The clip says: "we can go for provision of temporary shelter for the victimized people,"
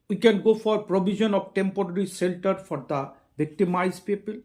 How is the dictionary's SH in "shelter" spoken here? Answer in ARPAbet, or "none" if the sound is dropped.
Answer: S